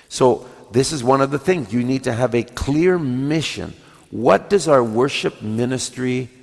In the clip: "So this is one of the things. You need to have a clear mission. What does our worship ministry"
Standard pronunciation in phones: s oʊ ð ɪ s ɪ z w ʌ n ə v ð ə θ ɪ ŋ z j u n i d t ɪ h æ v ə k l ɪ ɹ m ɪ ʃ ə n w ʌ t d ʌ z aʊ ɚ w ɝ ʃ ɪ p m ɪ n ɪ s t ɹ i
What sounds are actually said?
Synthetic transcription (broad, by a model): s oʊ ð ɪ s ɪ z w ʌ n ə v ð ə θ ɪ ŋ z j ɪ n i d t ɪ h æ v ə k l ɪ ɹ m ɪ ʃ ə n w ʌ t d ʌ z aʊ ɚ w ɝ ʃ ɪ p m ɪ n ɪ s t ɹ i